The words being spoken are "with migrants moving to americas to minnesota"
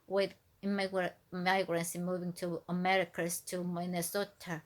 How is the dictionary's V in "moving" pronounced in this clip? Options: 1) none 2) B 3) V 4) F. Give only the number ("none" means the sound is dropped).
3